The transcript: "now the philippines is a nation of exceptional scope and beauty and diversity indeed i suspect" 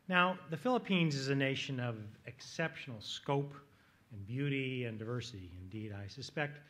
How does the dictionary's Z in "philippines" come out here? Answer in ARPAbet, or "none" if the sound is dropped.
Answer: Z